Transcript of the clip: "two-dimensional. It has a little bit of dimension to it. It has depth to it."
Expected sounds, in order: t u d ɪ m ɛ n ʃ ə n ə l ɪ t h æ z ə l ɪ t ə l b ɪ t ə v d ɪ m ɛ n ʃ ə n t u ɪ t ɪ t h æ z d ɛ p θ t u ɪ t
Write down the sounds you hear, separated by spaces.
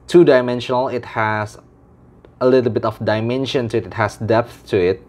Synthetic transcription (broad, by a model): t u d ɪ m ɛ n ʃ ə n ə l ɪ t h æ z ə l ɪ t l b ɪ t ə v d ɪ m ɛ n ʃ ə n t u ɪ t ɪ t h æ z d ɛ p θ t u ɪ t